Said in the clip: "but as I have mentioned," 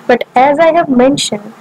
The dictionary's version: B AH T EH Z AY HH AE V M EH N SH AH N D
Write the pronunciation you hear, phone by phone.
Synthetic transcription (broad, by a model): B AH T EH Z AY HH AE V M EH N SH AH N D